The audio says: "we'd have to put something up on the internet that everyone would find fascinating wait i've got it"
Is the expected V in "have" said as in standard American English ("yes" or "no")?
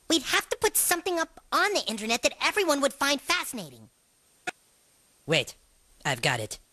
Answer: no